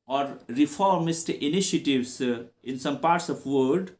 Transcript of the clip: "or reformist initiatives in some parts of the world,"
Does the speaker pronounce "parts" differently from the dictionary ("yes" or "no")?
no